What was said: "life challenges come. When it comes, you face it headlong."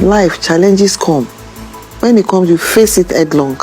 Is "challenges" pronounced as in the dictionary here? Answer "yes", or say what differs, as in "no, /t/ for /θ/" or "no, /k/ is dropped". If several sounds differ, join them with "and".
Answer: no, /s/ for /z/